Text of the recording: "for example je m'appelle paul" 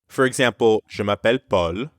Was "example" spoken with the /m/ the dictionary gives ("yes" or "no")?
no